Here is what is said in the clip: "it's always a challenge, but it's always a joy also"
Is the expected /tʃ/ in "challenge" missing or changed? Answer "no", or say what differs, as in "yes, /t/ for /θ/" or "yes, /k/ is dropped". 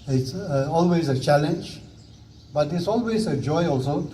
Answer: no